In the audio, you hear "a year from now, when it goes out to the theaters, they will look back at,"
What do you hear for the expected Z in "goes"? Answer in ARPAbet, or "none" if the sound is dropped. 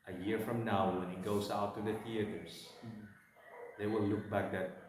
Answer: S